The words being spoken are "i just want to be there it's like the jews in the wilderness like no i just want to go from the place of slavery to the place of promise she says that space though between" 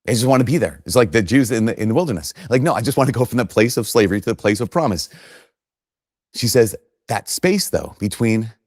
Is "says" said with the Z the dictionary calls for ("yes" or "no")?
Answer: yes